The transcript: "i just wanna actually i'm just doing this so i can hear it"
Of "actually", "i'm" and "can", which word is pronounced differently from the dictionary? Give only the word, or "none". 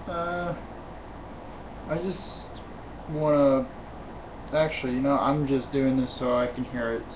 actually